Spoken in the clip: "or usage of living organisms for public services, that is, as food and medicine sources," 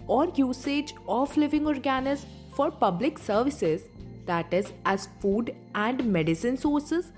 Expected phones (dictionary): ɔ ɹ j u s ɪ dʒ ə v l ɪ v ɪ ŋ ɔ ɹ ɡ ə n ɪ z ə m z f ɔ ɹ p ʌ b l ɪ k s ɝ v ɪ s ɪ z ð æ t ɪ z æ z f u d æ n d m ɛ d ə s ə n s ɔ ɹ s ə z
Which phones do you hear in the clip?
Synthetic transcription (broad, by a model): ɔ ɹ j u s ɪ dʒ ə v l ɪ v ɪ ŋ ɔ ɹ ɡ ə n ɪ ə z f ɔ ɹ p ʌ b l ɪ k s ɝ v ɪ s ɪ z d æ t ɪ z æ z f u d æ n d m ɛ d ə s ə n s ɔ ɹ s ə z